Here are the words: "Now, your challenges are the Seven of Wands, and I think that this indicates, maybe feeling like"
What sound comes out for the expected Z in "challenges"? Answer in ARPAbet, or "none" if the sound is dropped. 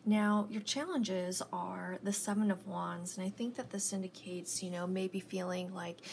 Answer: Z